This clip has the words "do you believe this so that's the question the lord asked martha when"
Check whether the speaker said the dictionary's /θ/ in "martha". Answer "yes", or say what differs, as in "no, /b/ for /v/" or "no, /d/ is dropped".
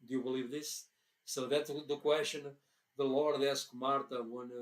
no, /t/ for /θ/